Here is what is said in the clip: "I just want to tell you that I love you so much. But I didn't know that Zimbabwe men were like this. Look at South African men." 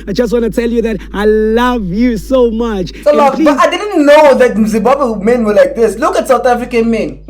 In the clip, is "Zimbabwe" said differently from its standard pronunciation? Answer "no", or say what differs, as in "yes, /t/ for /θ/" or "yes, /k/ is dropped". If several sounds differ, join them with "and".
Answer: yes, /m/ is dropped